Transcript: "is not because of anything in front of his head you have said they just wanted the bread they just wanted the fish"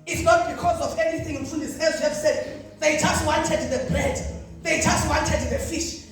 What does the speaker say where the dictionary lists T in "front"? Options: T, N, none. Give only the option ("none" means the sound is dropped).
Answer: none